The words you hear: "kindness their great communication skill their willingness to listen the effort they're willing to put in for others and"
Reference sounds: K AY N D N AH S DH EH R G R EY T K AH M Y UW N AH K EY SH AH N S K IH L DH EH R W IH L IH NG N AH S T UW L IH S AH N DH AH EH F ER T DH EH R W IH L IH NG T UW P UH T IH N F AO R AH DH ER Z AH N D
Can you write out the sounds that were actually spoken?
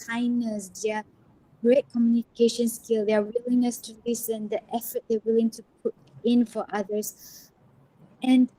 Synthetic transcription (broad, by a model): AY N N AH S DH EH G R EY T K AH M Y UW N AH K EY SH AH N S K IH L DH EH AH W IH L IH N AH S T UW L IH S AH N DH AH EH F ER T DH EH W IH L IH NG T UW P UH T IH N F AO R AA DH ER S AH N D